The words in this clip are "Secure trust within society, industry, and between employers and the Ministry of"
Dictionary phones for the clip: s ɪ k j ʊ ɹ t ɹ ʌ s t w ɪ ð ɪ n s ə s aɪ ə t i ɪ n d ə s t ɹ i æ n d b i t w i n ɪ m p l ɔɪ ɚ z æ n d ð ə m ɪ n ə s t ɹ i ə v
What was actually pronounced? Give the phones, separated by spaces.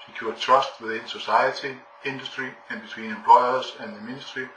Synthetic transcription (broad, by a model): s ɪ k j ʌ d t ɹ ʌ s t w ɪ ð ɪ n s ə s aɪ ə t i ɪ n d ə s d ɹ i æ n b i s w i n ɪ m p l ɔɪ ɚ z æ n ð ə m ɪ n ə s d ɹ i